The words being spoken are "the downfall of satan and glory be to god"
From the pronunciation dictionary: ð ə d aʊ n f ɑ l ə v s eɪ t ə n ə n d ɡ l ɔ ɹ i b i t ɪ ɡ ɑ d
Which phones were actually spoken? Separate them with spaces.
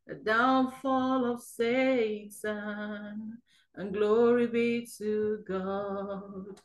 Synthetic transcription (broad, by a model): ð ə d aʊ n f ɑ l ə v s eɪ s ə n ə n ɡ l ɔ ɹ i b i t ɪ ɡ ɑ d